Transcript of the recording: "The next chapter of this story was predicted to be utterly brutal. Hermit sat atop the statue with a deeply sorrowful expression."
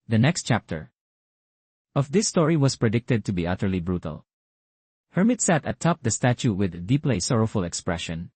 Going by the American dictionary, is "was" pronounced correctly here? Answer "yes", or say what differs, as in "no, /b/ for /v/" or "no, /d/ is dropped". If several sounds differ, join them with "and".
no, /s/ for /z/